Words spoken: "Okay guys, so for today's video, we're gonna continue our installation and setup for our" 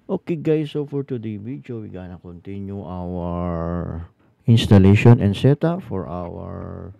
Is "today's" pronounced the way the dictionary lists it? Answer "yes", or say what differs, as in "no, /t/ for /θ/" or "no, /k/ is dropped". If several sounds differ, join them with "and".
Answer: no, /z/ is dropped